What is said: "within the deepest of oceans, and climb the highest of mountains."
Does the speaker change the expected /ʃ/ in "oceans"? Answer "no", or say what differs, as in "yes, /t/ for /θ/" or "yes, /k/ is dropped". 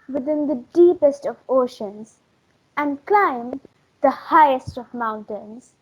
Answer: no